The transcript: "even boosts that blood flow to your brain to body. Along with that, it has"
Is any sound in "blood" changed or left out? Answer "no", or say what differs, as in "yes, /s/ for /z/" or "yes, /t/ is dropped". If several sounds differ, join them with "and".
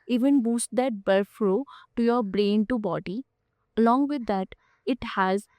yes, /l/ is dropped